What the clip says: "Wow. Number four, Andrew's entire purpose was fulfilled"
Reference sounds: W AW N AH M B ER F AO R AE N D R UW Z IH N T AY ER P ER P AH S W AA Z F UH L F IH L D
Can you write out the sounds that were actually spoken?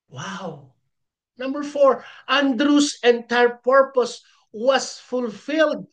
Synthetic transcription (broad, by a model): W AW N AH M B ER F AO R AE N D R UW S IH N T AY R P ER P AH S W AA S F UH L F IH L D